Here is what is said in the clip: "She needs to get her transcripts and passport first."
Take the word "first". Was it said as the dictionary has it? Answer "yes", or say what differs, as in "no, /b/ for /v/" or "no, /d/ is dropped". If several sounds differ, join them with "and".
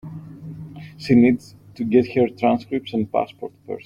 no, /p/ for /f/ and /t/ is dropped